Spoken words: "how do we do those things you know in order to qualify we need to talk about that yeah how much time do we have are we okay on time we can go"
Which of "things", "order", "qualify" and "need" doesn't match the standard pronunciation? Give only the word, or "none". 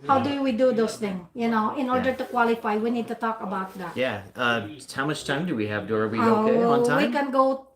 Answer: things